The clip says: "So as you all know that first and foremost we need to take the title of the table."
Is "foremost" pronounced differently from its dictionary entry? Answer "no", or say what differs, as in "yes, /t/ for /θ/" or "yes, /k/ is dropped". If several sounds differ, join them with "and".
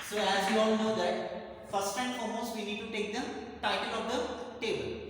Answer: yes, /l/ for /ɹ/